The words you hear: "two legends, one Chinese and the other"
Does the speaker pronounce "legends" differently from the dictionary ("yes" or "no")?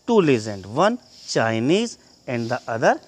yes